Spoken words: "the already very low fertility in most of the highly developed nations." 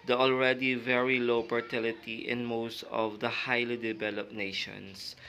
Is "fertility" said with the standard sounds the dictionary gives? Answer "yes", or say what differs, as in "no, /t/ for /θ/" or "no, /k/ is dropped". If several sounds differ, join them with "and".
no, /p/ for /f/